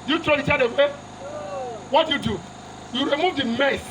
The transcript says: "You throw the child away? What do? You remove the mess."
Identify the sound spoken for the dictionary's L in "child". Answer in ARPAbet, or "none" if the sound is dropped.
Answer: none